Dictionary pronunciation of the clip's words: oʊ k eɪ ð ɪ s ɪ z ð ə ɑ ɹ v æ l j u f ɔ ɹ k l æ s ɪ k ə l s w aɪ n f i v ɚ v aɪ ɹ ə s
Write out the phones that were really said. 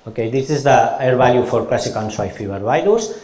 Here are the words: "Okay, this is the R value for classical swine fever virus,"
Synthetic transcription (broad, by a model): oʊ k eɪ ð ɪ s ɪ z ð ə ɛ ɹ b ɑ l j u f ɔ ɹ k l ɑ s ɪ k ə n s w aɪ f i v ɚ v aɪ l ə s